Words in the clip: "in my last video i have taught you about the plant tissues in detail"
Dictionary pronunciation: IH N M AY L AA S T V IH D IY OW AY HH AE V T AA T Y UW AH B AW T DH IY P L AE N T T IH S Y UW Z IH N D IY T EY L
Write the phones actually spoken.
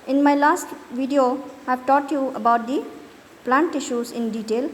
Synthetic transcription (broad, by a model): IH N M AY L AA S T V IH D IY OW AY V T AA T Y UW AH B AW T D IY P L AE N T T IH SH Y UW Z IH N D IY T EY L